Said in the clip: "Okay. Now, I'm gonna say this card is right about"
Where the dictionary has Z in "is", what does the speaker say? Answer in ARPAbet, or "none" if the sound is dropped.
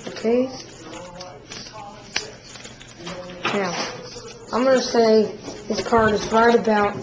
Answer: Z